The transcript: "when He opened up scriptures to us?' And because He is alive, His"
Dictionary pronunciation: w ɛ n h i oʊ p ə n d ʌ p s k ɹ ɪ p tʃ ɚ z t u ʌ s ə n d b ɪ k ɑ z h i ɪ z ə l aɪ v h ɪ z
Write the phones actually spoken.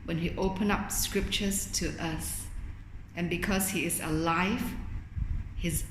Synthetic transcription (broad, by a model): w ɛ n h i oʊ p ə n ʌ p s k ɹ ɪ p tʃ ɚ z t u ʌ s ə n b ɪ k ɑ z h i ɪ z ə l aɪ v h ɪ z